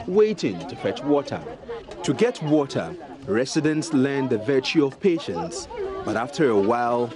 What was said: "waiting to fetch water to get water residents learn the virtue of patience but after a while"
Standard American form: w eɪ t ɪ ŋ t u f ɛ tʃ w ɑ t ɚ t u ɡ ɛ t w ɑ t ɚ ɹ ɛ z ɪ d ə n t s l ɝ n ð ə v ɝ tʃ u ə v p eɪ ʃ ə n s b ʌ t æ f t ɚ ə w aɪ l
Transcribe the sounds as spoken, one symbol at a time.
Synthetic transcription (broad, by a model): w eɪ t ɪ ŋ t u f ɛ tʃ w ɑ t ɚ t u ɡ ɛ t w ɑ t ɚ ɹ ɛ s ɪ d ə n t s l ɝ n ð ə v ɝ tʃ u ə v p eɪ ʃ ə n s b ʌ t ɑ f t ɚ ə w aɪ l